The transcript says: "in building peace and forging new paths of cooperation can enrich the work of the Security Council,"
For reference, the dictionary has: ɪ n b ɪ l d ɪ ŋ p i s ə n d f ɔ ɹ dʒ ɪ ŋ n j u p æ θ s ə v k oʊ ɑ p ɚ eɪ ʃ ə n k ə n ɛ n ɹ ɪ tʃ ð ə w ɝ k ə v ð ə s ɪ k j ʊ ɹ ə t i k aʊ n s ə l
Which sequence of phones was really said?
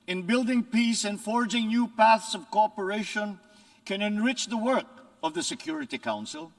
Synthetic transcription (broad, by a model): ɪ n b ɪ l d ɪ ŋ p i s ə n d f ɔ ɹ dʒ ɪ ŋ n j u p æ θ s ə v k oʊ ɑ p ɚ eɪ ʃ ə n k ə n ɛ n ɹ ɪ tʃ ð ə w ɝ k ə v ð ə s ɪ k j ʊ ɹ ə t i k aʊ n s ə l